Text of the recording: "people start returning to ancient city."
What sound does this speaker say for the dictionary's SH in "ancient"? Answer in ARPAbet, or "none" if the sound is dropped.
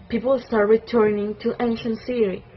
SH